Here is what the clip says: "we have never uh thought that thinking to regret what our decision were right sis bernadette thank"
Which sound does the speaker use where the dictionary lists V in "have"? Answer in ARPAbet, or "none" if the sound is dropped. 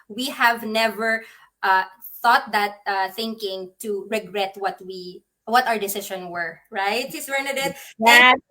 V